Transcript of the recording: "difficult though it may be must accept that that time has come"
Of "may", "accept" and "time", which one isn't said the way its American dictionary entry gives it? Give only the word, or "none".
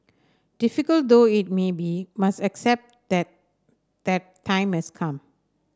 none